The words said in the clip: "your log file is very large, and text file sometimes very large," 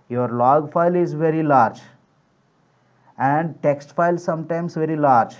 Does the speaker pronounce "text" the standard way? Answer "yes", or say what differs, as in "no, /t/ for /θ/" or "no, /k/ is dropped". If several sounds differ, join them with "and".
yes